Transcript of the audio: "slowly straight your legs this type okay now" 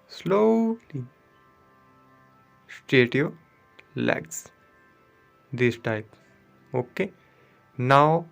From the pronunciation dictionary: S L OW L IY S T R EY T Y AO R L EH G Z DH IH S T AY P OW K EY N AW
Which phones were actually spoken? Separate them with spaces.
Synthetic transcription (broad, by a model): S L OW L IY S T EY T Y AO L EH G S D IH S T AY P OW K EY N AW